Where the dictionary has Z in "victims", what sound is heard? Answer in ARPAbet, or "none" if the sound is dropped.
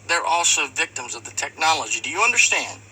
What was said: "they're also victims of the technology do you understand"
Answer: Z